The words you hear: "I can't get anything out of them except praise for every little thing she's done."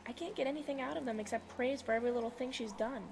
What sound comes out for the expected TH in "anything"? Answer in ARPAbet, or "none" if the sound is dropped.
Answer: TH